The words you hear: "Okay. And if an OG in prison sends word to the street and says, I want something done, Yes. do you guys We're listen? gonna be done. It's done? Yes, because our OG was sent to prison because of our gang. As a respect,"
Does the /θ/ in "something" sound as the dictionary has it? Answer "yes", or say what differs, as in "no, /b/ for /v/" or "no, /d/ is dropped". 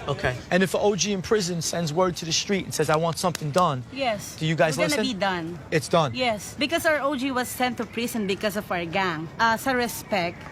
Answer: yes